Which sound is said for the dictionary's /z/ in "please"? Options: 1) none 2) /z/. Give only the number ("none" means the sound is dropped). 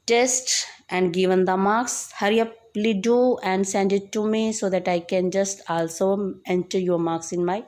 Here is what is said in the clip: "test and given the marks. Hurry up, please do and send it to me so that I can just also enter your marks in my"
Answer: 1